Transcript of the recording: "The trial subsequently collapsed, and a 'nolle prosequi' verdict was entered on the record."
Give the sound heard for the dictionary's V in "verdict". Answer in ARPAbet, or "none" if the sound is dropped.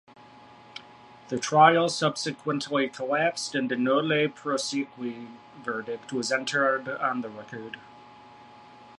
V